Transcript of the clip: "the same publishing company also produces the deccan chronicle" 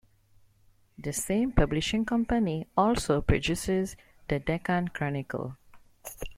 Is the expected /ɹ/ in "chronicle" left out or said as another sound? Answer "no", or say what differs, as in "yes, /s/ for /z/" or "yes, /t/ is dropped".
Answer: no